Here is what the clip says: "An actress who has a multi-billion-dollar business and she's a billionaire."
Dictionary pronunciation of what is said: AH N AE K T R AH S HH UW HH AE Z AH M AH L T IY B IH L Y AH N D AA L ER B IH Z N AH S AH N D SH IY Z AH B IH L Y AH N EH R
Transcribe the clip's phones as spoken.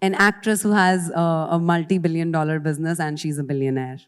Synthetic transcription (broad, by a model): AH N AE K T R AH S HH UW HH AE Z AH M AH L T IY B IH L Y AH N D AA L ER B IH Z N AH S AH N D SH IY Z AH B IH L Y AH N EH R